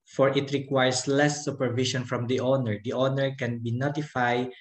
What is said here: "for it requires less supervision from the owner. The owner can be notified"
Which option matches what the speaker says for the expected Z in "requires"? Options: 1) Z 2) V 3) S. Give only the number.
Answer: 3